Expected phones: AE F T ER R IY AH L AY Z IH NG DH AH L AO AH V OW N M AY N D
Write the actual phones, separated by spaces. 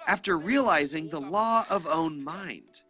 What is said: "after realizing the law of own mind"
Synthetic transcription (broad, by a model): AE F T ER R IY AH L AY Z IH NG DH AH L AO AH V OW N M AY N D